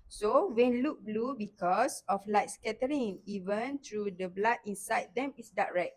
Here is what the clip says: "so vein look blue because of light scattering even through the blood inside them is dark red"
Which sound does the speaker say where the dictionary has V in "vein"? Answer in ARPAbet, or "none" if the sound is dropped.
W